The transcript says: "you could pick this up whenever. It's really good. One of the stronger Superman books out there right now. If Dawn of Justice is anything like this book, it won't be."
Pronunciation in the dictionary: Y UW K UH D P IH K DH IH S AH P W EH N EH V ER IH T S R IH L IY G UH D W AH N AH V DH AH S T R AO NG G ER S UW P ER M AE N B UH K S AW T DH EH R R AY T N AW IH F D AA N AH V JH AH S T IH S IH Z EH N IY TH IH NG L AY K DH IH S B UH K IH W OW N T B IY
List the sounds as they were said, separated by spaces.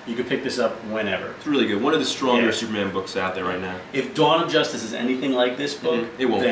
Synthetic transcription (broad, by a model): Y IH K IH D P IH K DH IH S AH P W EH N EH V ER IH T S R IH L IY G UH D W AH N AH V DH AH S T R AO NG G ER S UW P ER M AE N B UH K S AW T DH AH R R AY T N AW IH F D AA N AH V JH AH S T IH S IH Z EH N IY TH IH NG L AY K DH IH S B UH K IH T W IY